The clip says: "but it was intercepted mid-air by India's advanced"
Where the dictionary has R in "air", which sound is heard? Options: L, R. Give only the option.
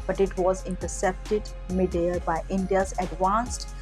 L